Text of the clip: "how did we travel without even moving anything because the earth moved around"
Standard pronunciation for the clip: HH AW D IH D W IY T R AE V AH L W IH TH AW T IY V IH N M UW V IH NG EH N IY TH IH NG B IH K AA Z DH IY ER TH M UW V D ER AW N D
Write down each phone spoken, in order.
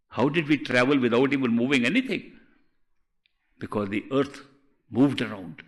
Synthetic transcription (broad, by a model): HH AW D IH D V IY T R AE V AH L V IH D AW T IY V IH N M UW V IH NG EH N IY T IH NG B IH K AA Z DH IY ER T M UW V D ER AW N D